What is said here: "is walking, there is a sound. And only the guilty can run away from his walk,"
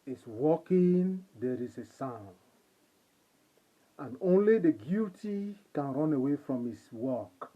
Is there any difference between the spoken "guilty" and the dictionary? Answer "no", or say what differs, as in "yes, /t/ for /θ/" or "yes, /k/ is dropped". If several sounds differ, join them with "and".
yes, /l/ is dropped